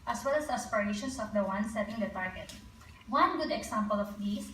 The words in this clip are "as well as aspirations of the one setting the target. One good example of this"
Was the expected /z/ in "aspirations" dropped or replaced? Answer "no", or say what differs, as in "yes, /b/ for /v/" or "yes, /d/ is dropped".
yes, /s/ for /z/